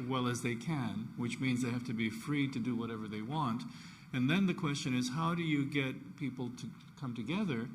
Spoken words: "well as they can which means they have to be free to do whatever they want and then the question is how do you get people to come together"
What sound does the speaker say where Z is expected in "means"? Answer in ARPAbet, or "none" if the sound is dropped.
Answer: Z